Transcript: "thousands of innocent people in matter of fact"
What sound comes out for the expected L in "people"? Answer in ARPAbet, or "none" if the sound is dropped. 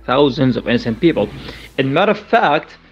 L